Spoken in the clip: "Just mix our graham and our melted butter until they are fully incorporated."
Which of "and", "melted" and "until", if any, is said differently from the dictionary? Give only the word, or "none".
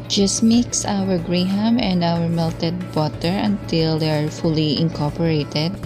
none